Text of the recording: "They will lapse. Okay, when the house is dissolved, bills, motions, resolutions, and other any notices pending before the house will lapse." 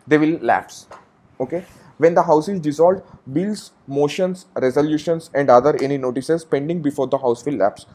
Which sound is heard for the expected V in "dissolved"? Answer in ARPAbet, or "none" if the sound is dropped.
none